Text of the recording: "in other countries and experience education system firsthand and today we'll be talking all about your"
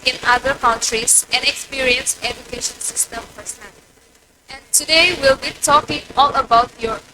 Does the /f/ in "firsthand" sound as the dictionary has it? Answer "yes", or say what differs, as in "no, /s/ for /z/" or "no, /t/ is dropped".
no, /p/ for /f/